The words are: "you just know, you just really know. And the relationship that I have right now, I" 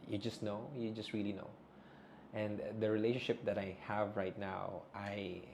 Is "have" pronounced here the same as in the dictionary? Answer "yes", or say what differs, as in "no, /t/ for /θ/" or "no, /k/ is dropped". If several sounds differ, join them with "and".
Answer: yes